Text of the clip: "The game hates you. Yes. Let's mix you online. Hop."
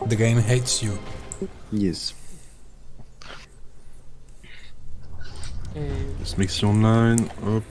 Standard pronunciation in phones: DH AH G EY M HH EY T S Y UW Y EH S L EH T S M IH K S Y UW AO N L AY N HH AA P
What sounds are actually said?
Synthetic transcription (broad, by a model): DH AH G EY M HH EY T S Y UW Y EH S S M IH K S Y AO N AY N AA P